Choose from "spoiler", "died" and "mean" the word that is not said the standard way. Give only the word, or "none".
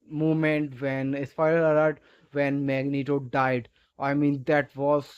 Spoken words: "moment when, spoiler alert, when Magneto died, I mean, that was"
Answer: spoiler